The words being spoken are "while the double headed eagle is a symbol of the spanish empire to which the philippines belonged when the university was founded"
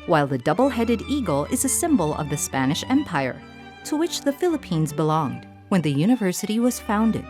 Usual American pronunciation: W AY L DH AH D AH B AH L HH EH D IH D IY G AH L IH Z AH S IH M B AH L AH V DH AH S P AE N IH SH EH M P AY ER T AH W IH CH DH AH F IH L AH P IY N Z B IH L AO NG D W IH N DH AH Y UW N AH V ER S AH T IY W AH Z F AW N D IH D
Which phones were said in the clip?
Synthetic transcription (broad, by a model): W AY L DH AH D AH B L HH EH D IH D IY G L IH Z AH S IH M B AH L AH V DH AH S P AE N IH SH EH M P AY ER T AH W IH CH DH AH F IH L AH P IY N Z B IH L AO NG D W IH N DH AH Y UW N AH V ER S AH T IY W AH Z F AW N D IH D